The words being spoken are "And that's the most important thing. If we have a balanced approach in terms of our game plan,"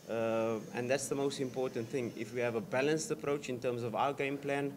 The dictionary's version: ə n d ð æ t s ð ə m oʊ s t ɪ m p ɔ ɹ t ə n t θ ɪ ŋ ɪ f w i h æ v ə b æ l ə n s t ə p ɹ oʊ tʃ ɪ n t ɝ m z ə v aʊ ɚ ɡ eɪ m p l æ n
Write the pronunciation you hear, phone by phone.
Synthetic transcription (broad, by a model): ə n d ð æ t s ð ə m oʊ s t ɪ m p ɔ t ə n t θ ɪ ŋ ɪ f w i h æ v ə b æ l ə n s t ə p ɹ oʊ tʃ ɪ n t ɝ m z ə v aʊ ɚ ɡ eɪ m p l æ n